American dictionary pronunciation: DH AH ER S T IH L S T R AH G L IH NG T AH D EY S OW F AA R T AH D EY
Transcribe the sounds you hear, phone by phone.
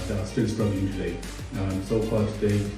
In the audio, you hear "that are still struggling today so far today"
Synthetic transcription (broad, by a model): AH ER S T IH N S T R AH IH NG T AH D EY S OW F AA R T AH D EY